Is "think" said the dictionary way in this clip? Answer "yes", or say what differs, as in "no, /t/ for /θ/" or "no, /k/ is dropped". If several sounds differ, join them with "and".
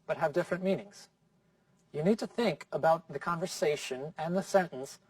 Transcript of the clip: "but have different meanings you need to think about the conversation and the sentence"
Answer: yes